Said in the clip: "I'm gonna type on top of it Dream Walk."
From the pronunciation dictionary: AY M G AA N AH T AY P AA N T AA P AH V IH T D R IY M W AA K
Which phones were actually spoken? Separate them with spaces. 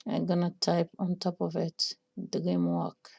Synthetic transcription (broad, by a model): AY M G AA N AH T AY P AA N T AA P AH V IH T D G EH M W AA K